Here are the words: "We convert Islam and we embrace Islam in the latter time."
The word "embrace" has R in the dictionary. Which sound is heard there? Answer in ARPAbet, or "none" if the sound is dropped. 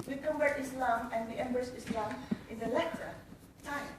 none